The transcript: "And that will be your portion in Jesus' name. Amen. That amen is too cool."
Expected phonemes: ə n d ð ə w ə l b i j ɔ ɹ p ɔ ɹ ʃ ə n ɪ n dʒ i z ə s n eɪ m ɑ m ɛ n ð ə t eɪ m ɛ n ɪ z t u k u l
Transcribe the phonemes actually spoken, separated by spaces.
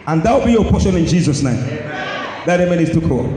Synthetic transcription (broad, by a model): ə n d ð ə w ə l b i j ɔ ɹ p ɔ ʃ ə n ɪ n dʒ i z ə s n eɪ ɑ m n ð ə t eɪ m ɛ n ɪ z t u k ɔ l